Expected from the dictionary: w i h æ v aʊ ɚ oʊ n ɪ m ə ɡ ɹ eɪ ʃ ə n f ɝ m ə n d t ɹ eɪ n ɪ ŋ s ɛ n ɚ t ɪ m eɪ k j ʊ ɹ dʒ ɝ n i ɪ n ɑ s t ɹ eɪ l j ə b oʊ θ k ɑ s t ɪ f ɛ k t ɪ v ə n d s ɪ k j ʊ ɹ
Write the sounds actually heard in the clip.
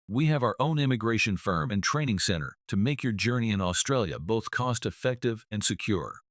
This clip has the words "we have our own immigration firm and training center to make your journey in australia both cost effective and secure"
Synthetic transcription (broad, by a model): w i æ v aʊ ɚ oʊ n ɪ m ə ɡ ɹ eɪ ʃ ə n f ɝ m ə n t ɹ eɪ n ɪ ŋ s ɛ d ɚ t ɪ m eɪ k j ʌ ɹ dʒ ɝ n i ɪ n ɑ s t ɹ eɪ l j ə b oʊ θ k ɑ s t ɪ f ɛ k t ɪ v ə n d s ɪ k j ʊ ɹ